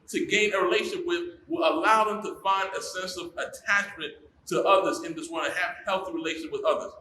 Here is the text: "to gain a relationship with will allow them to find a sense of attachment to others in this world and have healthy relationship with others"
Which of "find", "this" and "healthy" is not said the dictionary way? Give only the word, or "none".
none